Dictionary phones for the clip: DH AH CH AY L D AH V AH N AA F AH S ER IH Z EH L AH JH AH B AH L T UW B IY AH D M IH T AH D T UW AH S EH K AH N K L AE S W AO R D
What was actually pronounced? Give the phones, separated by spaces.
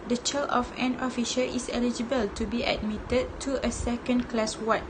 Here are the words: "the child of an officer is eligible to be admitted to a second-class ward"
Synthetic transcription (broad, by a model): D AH CH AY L AH F AH N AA F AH SH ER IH S EH L AH JH AH B AH L T UW B IY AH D M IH T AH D T UW AH S EH K AH N K L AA S W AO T